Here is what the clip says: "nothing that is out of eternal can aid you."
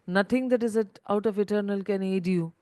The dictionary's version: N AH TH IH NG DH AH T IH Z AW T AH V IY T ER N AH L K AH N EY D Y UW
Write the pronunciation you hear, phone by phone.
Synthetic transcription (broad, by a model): N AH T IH NG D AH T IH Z AW T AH P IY T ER N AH L K AH N EY D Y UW